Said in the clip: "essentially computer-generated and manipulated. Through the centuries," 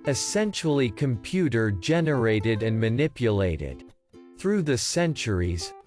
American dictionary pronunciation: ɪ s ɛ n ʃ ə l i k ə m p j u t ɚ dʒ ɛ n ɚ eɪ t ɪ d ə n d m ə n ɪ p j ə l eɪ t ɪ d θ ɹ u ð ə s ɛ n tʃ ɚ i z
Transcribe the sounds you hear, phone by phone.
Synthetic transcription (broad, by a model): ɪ s ɛ n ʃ l i k ə m p j u t ɚ dʒ ɛ n ɚ eɪ t ɪ d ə n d m ə n ɪ p j ə l eɪ t ɪ d θ ɹ u ð ə s ɛ n tʃ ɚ i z